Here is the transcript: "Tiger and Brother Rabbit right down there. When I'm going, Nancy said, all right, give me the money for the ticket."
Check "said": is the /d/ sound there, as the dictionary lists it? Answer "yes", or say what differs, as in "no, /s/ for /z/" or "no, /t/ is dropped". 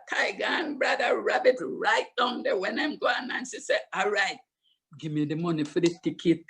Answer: no, /d/ is dropped